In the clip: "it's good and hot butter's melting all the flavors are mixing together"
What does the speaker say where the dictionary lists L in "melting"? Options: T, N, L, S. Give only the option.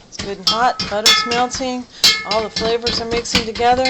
N